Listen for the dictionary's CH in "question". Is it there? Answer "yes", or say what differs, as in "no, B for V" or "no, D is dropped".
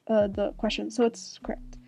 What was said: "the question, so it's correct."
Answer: yes